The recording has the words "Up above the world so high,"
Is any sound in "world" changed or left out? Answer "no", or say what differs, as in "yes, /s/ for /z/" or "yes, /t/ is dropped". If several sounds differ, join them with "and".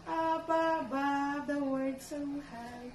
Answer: yes, /l/ is dropped